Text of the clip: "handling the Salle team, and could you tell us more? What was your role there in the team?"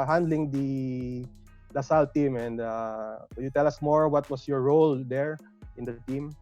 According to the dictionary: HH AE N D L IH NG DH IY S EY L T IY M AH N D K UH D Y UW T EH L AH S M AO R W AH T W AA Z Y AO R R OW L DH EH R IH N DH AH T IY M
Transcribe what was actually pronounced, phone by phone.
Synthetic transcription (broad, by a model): HH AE N D L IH NG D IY S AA L T IY M AH N D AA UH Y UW T EH L AH S M AO R W AH T W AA S Y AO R R OW L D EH R IH N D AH T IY M